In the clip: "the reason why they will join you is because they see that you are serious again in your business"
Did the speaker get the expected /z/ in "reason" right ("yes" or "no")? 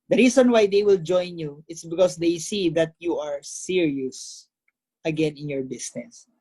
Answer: no